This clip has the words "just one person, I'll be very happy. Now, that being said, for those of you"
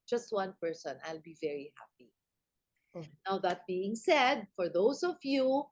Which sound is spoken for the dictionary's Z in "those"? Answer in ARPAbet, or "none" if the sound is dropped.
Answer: S